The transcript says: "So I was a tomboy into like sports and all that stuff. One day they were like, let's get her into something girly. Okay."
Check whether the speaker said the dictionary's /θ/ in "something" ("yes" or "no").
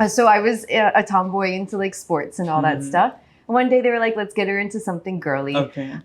yes